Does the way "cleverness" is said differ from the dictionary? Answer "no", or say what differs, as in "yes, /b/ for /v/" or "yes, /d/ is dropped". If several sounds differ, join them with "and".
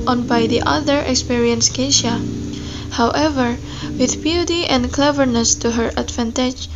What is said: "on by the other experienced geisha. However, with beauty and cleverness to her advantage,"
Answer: no